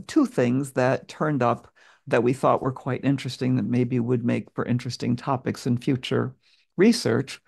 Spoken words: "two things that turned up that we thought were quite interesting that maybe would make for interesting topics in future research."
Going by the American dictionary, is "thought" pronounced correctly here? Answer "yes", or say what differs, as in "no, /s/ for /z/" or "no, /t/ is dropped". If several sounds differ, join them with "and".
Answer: yes